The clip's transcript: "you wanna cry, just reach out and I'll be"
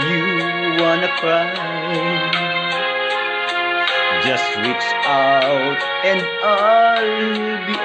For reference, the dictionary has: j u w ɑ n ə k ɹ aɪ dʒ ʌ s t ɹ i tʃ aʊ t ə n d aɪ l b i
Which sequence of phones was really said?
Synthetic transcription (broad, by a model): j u w ɑ n ə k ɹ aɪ dʒ ʌ s t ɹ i s aʊ t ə n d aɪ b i